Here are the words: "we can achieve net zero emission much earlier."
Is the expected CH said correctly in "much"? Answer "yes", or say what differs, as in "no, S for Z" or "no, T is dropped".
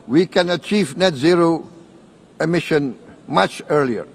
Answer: yes